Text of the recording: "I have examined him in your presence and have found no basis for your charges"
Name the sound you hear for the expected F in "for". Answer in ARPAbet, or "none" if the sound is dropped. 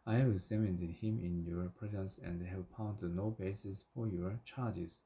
F